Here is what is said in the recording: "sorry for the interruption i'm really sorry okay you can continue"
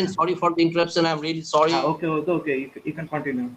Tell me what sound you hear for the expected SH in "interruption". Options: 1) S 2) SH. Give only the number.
1